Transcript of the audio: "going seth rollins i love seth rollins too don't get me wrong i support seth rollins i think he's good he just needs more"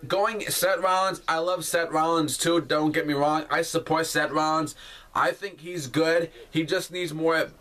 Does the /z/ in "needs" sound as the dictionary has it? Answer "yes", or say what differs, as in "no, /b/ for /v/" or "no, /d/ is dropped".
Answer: yes